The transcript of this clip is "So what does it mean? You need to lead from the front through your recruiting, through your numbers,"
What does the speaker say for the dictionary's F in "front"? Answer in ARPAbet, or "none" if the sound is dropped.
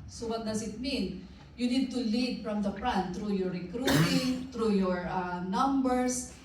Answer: P